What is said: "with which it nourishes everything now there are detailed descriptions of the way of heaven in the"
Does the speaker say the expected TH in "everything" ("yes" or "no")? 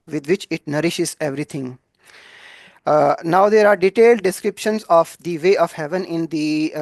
no